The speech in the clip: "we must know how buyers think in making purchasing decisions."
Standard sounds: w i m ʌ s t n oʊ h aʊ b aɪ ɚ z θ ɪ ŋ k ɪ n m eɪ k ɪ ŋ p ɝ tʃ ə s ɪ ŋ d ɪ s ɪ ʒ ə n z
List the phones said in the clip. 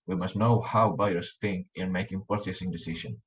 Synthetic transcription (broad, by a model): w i m ʌ s t n oʊ h aʊ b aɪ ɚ s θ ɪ ŋ k ɪ n m eɪ k ɪ ŋ p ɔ s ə s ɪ ŋ d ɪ s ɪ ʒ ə n